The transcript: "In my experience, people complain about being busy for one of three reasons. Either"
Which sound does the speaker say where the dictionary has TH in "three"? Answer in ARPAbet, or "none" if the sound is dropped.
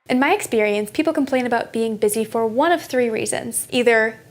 TH